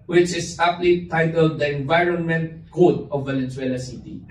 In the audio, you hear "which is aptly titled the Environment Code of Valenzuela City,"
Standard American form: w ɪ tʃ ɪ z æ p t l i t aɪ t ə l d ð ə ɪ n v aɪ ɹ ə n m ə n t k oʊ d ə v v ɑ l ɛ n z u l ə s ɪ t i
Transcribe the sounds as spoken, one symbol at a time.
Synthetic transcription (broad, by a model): w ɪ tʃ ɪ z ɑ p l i t aɪ t ə l d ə ɪ n v aɪ ɹ ə n m ə n t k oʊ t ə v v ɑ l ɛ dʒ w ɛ l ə s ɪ t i